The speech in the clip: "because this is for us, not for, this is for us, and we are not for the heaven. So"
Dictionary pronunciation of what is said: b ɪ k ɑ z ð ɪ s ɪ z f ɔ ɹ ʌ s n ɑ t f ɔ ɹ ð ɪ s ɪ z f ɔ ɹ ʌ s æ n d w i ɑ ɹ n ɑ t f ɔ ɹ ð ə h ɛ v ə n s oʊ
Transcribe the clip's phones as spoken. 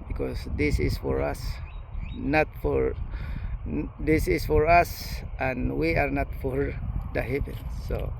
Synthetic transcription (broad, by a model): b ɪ k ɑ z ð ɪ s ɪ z f ɔ ɹ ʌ s n ɑ t f ɔ ɹ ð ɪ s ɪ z f ɔ ɹ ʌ s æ n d w i ɑ ɹ n ɑ t f ɔ ɹ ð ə h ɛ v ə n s oʊ